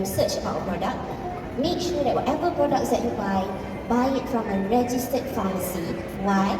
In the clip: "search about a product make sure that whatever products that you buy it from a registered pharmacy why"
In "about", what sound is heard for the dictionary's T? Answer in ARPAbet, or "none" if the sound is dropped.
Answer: none